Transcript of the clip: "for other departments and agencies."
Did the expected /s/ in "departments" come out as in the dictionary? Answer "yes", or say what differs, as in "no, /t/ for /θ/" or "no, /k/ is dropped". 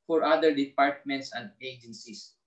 yes